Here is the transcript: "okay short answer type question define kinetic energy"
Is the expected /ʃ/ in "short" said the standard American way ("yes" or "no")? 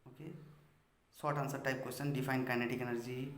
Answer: no